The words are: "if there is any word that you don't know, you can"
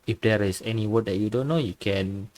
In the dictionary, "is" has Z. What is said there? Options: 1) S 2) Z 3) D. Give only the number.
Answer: 1